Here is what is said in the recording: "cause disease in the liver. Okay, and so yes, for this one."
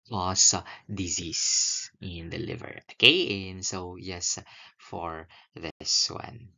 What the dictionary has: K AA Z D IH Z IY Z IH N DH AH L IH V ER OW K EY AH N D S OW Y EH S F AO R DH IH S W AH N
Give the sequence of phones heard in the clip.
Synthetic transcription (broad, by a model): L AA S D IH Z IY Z IH N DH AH L IH V ER OW K EY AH N S OW Y EH S F AO R DH IH S W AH N